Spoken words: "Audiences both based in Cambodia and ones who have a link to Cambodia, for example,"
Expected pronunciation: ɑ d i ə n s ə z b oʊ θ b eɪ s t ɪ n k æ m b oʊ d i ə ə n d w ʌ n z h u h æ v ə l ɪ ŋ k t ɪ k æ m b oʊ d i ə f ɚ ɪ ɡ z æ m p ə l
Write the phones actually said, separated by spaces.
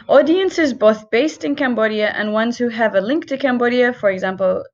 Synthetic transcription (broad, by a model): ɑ d i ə n s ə z b oʊ θ b eɪ s t ɪ n k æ m b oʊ d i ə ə n w ʌ n z h u v ə l ɪ ŋ k t ɪ k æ m b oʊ d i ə f ɚ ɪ ɡ z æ m p l